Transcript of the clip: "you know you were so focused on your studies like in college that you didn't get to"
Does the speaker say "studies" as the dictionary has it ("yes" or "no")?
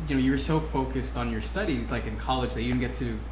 yes